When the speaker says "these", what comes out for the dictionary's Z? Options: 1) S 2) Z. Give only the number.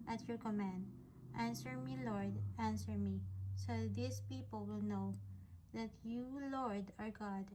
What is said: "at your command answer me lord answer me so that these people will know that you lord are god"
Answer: 1